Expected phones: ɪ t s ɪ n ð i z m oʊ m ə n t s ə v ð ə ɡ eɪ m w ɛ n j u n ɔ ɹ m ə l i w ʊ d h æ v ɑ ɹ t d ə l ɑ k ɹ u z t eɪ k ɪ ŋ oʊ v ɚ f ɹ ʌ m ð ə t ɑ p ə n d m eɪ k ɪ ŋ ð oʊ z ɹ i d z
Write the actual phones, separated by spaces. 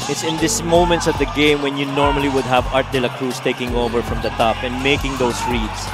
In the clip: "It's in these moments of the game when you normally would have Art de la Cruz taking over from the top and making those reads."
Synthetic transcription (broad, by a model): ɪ t s ɪ n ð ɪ s m oʊ m ə n t s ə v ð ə ɡ eɪ m w ɛ n j u n ɔ ɹ m ə l i w ʊ d h æ v ɑ ɹ t d ə l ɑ k ɹ u s t eɪ k ɪ ŋ oʊ v ɚ f ɹ ʌ m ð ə t ɑ p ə n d m eɪ k ɪ ŋ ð oʊ s ɹ i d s